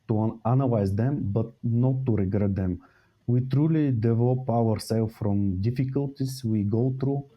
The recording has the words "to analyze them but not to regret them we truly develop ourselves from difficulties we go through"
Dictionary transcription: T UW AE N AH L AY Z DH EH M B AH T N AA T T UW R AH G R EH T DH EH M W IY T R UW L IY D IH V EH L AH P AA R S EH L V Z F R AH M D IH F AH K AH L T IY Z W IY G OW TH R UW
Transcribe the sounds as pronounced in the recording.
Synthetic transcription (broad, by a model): T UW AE N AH L AY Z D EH M B AH T N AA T T UW R AH G R EH T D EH M W IY T R UW L IY D IH V EH L AH P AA R S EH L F R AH M D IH F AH K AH L T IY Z W IY G OW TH R UW